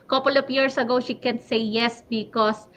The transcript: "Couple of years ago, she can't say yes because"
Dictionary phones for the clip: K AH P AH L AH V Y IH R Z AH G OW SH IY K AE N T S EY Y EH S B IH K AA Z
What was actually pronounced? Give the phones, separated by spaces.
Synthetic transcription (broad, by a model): K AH P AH L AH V Y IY R S AH G OW SH IY K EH N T S EY Y EH S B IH K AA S